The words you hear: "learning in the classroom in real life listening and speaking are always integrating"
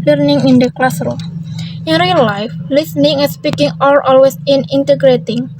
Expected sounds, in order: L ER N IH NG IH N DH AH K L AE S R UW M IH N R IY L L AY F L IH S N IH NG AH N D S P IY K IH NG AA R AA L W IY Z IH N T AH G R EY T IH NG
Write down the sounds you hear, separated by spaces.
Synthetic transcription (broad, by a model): L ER N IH NG IH N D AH K L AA S R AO IH N R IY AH L AY F L IH S N IH NG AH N S P IY K IH NG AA L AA L W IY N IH N T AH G R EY T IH NG